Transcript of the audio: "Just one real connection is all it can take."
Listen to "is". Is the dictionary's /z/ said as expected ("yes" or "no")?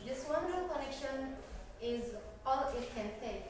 yes